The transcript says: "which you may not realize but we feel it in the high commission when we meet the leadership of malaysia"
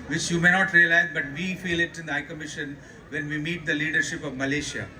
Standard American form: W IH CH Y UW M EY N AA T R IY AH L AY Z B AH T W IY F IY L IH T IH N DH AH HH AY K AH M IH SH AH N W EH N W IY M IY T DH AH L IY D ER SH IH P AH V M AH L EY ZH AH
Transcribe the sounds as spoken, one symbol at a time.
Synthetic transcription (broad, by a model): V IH CH Y UW M EY N AA T R IY AH L AY Z B AH T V IY F IY L IH T IH N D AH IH K AH M IH SH AH N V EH N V IY M IY T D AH L IY D ER SH IH P AH V M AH L EY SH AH